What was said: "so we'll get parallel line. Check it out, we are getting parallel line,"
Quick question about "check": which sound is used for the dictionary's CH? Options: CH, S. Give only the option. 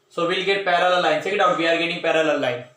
S